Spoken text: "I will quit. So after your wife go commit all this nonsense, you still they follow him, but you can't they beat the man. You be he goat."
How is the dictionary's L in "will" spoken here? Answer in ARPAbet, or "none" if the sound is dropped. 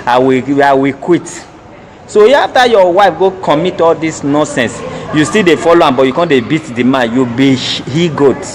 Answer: W